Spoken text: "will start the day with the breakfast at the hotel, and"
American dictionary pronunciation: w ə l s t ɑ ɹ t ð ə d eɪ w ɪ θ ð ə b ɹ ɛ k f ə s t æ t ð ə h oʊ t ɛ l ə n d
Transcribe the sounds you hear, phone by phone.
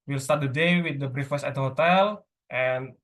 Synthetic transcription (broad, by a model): w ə l s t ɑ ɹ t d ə d eɪ w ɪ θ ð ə b ɹ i f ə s æ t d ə h oʊ t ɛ l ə n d